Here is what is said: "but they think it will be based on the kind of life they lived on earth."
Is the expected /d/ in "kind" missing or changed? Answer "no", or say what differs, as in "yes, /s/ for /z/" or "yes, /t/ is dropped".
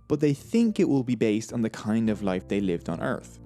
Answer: no